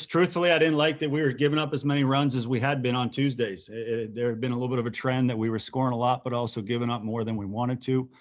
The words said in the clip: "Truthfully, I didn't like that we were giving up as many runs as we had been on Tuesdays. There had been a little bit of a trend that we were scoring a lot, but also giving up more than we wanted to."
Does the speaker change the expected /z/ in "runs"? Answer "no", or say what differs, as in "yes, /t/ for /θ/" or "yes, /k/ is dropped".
no